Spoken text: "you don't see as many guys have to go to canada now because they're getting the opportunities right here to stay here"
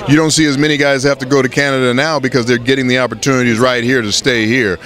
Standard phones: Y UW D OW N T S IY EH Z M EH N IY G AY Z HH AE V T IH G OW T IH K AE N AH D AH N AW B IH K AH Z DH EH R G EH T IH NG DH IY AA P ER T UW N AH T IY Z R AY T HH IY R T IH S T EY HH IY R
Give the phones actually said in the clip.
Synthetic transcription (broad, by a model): Y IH D OW N T S IY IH Z M EH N IY G AY Z HH AE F T IH G OW T IH K AE N AH D AH N AW B IH K AH Z DH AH R G EH T IH NG DH IY AA P ER T UW N AH T IY Z R AY T HH IY R T IH S T EY HH IY R